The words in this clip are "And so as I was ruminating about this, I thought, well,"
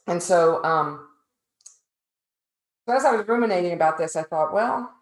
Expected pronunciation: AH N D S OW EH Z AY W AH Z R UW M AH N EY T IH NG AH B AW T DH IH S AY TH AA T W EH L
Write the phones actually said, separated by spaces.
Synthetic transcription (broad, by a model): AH N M S OW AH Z AY W AH Z R UW M AH N EY T IH NG AH B AW T DH IH S AY TH AA T W EH L